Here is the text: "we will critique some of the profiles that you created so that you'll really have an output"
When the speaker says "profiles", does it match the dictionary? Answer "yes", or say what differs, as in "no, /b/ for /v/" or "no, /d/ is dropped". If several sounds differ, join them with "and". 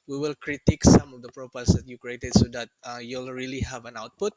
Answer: no, /p/ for /f/